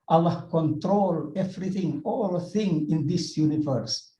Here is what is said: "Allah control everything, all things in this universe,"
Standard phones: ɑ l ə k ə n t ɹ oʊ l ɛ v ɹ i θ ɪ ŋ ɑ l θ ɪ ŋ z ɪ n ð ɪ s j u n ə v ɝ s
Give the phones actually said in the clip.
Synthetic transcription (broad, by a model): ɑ l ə k ə n t ɹ oʊ l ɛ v ɹ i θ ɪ ŋ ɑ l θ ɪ ŋ ɪ n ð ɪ s j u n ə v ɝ s